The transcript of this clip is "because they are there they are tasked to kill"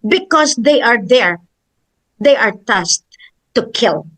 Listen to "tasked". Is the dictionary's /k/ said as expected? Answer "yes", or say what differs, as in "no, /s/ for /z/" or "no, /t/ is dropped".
no, /k/ is dropped